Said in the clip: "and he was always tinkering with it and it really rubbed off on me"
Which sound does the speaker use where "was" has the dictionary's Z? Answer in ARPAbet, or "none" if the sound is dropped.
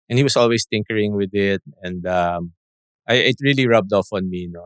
S